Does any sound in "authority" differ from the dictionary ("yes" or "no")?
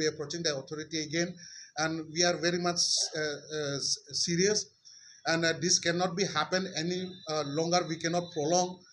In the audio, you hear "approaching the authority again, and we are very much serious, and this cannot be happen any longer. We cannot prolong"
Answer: yes